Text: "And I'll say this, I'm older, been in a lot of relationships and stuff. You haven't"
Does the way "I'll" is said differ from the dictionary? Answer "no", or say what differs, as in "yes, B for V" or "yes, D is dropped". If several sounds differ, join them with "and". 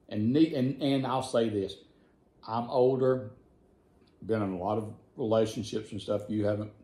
no